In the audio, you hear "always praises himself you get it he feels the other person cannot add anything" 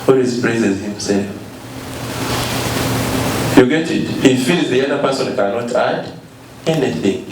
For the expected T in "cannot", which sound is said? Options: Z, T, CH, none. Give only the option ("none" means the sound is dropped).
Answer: T